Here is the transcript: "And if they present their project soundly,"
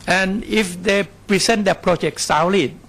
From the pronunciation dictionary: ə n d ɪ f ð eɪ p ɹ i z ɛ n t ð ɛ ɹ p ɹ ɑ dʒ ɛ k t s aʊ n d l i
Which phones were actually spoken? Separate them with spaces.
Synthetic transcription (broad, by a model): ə n ɪ f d eɪ p ɹ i s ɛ n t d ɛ p ɹ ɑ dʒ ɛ k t s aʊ l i